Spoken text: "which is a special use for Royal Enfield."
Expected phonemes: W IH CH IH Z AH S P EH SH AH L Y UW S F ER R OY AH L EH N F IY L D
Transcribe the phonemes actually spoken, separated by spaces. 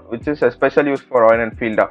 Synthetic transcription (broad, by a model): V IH CH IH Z AH S P EH SH AH L Y UW S F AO R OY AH N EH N F IY L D